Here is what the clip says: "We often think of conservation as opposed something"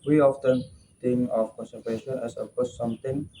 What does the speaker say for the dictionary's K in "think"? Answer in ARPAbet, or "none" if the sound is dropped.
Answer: none